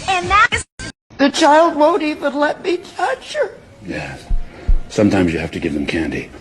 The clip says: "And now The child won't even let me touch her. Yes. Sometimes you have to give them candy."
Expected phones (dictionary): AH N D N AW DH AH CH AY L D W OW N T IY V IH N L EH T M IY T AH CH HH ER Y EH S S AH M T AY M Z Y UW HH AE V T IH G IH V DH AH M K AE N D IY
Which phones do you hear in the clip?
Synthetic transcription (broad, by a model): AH N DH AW DH AH CH AY L D W OW N T IY V IH N L EH T M IY T AH CH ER Y EH S S AH M T AY M Z Y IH HH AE F T IH G IH V DH AH M K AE N D IY